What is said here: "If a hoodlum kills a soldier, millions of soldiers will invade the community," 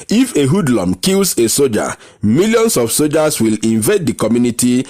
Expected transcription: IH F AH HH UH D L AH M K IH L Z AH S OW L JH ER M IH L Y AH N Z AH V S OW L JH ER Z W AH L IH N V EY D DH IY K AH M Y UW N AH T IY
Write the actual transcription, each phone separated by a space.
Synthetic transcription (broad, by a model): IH F AH HH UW D L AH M K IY L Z AH S OW JH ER M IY L Y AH N S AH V S OW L JH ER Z W AH L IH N V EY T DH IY K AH M Y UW N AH T IY